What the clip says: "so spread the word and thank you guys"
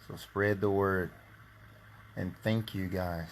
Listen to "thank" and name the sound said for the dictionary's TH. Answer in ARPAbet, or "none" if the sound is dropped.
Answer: TH